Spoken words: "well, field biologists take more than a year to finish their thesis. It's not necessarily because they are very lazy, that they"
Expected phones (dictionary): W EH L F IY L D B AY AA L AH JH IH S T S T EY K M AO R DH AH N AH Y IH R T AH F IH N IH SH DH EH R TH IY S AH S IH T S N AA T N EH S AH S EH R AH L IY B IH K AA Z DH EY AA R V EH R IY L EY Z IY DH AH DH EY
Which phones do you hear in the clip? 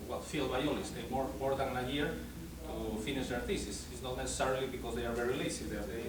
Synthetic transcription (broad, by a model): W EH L F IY L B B AY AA L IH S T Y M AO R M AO R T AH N AH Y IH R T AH F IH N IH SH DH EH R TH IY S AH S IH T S N AA T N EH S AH S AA R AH L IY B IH K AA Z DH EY AA R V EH R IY L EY S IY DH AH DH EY